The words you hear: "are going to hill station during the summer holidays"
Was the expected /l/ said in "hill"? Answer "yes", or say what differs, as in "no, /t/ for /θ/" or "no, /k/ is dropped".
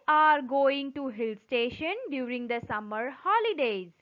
yes